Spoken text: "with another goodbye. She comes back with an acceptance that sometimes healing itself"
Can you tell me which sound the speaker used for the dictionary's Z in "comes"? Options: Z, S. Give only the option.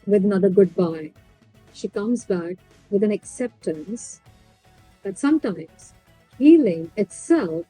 Z